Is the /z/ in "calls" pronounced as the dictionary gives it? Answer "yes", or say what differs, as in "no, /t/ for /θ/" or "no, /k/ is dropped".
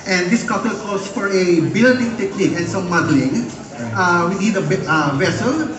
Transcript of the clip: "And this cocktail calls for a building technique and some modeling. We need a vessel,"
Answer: no, /s/ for /z/